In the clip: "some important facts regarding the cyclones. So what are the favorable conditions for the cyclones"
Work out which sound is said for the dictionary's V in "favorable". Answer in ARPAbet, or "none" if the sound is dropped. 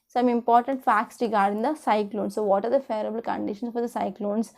none